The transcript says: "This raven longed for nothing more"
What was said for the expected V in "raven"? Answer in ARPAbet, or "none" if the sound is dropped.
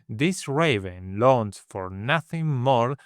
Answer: V